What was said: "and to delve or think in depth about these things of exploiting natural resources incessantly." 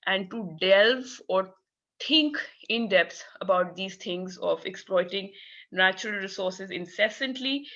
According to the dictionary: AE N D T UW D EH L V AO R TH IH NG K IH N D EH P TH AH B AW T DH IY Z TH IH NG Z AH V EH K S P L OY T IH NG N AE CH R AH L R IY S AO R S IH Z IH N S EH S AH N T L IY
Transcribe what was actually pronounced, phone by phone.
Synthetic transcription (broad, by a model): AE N D T UW D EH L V AO R T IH NG K IH N D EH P S AH B AW T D IY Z T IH NG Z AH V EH K S P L OY T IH NG N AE CH R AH L R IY S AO R S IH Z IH N S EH S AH N T L IY